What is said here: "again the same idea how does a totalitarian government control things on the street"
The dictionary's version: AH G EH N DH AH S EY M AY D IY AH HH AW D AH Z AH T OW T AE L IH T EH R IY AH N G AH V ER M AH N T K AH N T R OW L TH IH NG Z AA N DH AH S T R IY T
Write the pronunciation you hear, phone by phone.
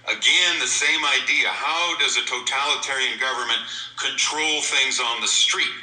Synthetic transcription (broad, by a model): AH G EH N DH AH S EY M AY D IY AH HH AW D AH Z AH T OW T AE L IH T EH R IY AH N G AH V ER M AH N K AH N T R OW L TH IH NG Z N DH AH S T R IY T